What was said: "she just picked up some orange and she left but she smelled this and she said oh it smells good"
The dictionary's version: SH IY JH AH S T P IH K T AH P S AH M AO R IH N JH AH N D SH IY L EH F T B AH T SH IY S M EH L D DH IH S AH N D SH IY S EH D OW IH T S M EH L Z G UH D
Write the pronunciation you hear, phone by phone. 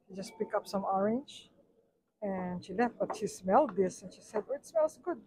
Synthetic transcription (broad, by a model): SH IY JH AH S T P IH K AH P S AH M AO R IH N JH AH N SH IY L EH F T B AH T SH IY S M EH L D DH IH S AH N SH IY S EH D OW IH T S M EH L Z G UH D